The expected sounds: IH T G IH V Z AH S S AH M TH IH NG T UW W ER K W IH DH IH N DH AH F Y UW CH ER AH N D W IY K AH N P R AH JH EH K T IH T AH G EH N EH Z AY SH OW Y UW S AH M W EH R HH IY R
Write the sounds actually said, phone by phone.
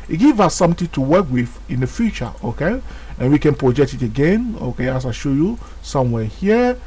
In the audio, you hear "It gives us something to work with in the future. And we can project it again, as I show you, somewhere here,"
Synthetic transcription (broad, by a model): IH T G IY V AH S S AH M T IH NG T UW W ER K W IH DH IH N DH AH F Y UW CH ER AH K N W IY K AH N P R AH JH EH K T IH T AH G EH N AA S AY SH OW Y UW S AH M W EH HH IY